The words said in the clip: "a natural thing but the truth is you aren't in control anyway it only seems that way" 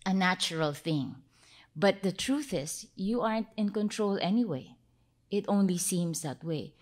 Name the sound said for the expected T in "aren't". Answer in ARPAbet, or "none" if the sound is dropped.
T